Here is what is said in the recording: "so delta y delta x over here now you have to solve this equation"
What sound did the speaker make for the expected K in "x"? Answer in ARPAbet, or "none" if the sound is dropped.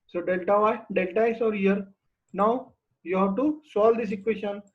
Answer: none